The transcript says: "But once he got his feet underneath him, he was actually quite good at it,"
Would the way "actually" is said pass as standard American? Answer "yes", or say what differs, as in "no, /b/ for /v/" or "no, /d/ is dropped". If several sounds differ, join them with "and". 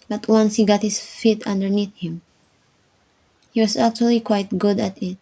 yes